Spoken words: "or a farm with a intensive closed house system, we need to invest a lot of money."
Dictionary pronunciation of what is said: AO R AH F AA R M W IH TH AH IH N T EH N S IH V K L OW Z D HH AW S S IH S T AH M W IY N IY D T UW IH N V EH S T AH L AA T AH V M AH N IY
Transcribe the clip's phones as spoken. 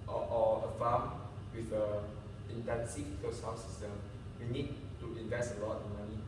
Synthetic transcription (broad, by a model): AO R AH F AA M W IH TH AH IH N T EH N S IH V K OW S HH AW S S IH S T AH M W IY N IY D T UW IH N V EH S T AH L AA T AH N M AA N IY